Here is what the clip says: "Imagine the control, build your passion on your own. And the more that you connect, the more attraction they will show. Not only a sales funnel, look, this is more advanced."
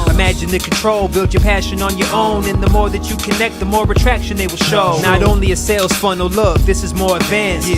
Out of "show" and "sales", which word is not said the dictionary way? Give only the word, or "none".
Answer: none